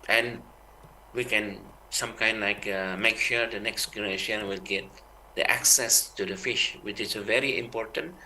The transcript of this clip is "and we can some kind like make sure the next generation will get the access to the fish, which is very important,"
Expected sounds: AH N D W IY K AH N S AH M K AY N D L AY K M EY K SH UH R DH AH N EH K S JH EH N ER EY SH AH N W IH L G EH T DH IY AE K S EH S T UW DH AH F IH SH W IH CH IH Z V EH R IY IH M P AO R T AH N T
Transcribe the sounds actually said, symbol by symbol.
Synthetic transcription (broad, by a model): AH N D W IY K AH N S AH M K AY N D L AY K M EY K SH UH R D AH N EH K S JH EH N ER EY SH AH N W IH L G EH T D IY AE K S EH S T UW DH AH F IH SH W IH CH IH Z V EH R IY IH M P AO R T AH N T